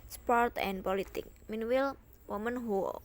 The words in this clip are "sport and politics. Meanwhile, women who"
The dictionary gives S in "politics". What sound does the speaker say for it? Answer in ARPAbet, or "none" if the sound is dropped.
none